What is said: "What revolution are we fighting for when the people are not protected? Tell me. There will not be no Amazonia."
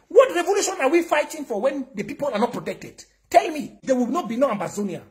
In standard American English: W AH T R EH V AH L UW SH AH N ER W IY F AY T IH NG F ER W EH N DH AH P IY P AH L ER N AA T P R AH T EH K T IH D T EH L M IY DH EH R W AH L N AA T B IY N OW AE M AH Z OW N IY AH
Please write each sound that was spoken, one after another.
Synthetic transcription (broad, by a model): W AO T R EH V AH L UW SH AH N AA W IY F AY T IH NG F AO W EH N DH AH P IY P AH L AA N AA T P R AH T EH K T IH D T EH L M IY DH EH W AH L N AA T B IY N OW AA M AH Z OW N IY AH